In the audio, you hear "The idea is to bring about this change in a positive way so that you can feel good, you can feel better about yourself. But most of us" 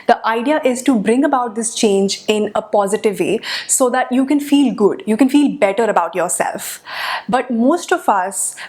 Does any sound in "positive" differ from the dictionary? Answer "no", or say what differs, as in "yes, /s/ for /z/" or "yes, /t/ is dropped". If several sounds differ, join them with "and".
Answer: no